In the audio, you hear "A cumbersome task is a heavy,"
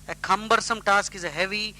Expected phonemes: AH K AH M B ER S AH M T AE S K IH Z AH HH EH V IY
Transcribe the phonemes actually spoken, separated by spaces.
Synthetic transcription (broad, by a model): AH K AH M B ER S AH M T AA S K IH Z AH HH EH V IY